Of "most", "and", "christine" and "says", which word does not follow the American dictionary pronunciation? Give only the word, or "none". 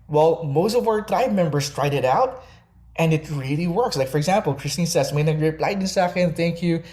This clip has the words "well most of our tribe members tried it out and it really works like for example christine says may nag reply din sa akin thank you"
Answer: says